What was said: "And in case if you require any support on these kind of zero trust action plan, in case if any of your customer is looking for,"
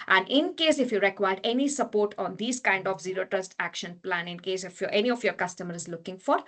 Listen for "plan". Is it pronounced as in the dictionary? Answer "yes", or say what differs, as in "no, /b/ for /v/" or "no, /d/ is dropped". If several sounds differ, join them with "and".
yes